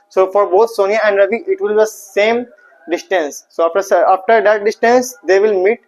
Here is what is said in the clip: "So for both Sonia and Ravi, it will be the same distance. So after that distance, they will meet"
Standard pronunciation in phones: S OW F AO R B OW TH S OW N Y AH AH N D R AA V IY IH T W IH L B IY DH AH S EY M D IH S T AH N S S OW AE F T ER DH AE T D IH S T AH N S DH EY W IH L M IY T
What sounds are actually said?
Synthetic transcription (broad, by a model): S OW F AO R B OW T S OW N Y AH AH N D R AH B IY IH T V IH L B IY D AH S EY M D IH S T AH N S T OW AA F T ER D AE T D IH S T AH N S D EY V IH L M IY T